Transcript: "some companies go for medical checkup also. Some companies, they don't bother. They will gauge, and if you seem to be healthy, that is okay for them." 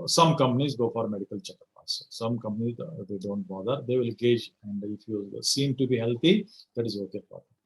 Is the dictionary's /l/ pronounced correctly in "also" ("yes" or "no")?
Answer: no